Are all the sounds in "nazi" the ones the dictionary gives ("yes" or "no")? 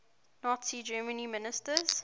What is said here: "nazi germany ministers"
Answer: yes